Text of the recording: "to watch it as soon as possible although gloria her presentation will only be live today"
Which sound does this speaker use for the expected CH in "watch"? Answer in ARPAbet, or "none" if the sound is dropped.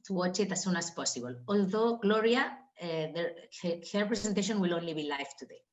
CH